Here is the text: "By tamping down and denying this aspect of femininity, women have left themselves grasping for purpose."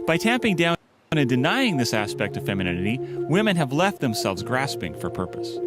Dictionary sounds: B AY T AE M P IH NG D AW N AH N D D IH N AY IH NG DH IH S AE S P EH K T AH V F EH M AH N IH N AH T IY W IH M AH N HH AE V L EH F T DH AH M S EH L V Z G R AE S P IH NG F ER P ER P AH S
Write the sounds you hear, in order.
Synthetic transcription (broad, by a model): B AY T AE M P IH NG D AW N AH N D D IH N AY IH NG DH IH S AE S P EH K T AH V F EH M AH N IH N AH T IY W IH M AH N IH V L EH F T DH AH M S EH L V Z G R AE S P IH NG F ER P ER P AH S